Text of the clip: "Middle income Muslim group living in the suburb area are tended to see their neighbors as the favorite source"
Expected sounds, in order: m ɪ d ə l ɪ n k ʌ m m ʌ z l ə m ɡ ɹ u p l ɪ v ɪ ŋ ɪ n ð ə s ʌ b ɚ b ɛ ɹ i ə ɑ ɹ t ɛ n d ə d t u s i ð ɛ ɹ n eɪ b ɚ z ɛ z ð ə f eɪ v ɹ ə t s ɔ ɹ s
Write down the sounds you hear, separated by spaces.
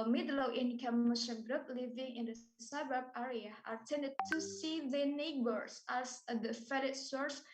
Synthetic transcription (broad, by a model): m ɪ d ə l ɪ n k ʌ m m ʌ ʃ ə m ɡ ɹ u p l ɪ v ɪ ŋ ɪ n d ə s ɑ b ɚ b ɛ ɹ i ə ɑ ɹ t ɛ n d ə d t u s i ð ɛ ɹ n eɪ b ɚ s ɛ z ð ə f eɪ ɹ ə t s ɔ ɹ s